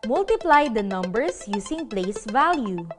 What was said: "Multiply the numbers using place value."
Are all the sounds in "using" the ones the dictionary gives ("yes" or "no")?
no